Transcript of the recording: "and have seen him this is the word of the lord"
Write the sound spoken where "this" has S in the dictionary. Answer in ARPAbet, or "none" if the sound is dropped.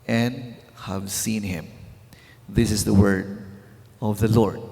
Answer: S